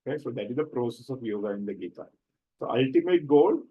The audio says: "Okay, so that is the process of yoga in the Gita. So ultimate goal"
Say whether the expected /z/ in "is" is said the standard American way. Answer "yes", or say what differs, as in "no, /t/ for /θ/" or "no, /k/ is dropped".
yes